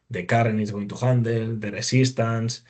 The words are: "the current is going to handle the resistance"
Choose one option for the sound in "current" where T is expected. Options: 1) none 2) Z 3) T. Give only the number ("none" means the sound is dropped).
1